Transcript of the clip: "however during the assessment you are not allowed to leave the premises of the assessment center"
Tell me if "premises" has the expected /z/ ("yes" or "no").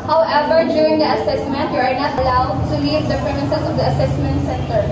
no